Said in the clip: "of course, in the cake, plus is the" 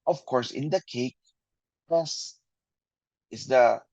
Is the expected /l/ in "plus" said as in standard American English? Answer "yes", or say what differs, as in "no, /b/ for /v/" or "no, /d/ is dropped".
no, /l/ is dropped